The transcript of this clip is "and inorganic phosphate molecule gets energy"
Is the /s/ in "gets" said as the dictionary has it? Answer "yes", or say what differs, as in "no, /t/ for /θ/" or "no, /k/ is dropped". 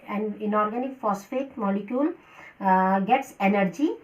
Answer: yes